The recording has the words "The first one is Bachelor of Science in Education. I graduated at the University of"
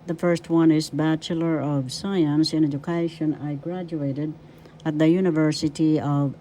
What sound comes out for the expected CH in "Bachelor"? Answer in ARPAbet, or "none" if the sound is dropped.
CH